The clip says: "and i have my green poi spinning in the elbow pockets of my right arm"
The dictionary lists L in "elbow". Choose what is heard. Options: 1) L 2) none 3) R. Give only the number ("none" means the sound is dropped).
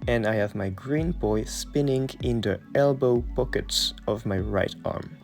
1